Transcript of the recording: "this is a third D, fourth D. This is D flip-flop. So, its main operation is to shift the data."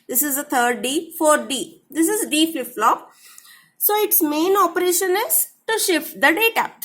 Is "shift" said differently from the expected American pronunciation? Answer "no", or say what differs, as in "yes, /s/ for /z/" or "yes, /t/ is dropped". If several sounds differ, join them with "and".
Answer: no